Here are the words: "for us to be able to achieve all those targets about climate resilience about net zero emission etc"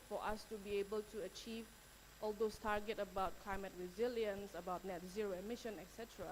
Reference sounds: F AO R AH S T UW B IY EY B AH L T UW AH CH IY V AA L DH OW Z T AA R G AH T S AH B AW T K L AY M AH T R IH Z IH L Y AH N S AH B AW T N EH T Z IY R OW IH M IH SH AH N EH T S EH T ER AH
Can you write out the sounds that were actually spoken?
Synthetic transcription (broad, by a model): F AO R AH S T UW B IY EY B AH L T UW AH CH IY V AA L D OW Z T AA R G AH T AH B AW T K L AY M AH T R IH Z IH L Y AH N S AH B AW T N EH T Z IY R OW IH M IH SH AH N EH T S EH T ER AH